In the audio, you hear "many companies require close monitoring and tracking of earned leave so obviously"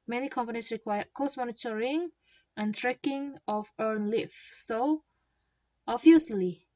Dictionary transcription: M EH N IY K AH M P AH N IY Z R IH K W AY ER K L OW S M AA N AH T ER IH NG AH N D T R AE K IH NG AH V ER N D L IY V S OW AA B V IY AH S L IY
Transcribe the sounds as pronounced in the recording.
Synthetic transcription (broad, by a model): M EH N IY K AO M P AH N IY S R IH K W AY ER K OW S M AA N AH T ER IH NG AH N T R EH K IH NG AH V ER N L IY F S OW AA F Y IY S L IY